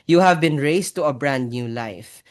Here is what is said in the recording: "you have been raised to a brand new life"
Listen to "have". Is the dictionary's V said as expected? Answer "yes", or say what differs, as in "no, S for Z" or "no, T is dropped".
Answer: yes